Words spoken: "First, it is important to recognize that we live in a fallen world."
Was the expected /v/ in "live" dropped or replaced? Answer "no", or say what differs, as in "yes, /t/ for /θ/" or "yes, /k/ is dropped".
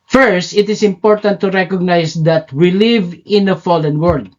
no